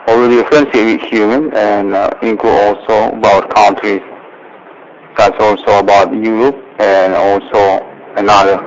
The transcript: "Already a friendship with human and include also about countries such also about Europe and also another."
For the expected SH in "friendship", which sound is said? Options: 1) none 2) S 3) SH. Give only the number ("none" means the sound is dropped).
2